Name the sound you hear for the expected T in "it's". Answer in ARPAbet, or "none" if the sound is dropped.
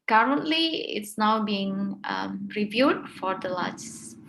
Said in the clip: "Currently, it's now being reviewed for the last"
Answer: T